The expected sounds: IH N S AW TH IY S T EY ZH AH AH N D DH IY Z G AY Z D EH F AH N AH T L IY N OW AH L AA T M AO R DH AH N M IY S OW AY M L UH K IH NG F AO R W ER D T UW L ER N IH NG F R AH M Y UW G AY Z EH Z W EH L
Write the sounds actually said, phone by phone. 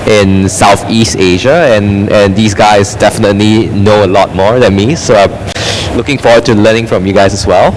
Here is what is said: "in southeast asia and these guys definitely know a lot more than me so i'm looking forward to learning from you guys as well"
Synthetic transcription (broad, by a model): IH N S AW TH IY S T EY ZH AH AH N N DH IY S G AY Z D EH F AH N AH T L IY N OW AH L AA T M AO R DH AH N M IY S OW AY M L UH K IH NG F AO W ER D T UW L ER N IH NG F R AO M Y UW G AY S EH S W EH L